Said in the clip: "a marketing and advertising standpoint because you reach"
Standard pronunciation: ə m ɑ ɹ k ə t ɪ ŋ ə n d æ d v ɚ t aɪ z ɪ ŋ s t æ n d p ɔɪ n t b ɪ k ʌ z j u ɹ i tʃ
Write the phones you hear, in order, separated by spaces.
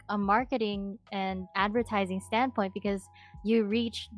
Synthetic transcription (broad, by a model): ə m ɑ ɹ k ə t ɪ ŋ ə n æ d v ɚ t aɪ z ɪ ŋ s t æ n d p ɔɪ n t b ɪ k ʌ z j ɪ ɹ i tʃ